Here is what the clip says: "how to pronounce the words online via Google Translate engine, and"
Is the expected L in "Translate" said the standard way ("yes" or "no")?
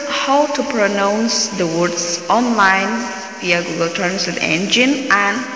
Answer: no